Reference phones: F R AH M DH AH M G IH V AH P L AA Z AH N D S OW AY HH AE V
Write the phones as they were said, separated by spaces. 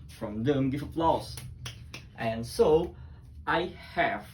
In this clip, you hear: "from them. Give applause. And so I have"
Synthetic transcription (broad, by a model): F R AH M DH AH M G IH F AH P L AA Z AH N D S OW AY HH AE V